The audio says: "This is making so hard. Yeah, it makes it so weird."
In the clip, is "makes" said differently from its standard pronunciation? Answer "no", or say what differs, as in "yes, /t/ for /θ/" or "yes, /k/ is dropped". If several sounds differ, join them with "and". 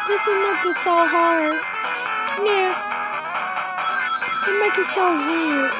yes, /s/ is dropped